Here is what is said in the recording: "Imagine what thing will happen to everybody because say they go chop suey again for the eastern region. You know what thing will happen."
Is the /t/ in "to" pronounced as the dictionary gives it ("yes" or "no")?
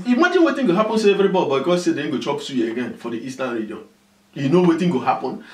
no